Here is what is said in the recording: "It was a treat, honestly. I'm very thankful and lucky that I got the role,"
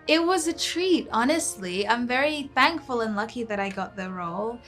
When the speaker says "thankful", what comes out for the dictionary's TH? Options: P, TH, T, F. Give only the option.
TH